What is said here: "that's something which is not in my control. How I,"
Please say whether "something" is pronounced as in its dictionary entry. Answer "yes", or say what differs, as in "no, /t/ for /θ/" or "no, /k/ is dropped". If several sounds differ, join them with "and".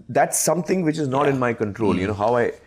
no, /t/ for /θ/